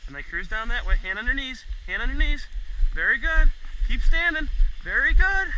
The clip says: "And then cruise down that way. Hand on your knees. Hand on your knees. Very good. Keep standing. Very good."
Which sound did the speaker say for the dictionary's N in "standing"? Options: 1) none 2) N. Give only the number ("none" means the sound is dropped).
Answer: 2